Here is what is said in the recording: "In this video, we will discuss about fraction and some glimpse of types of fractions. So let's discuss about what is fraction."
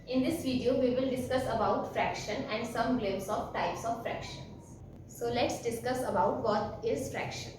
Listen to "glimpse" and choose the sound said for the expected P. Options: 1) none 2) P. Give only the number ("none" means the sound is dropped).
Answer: 1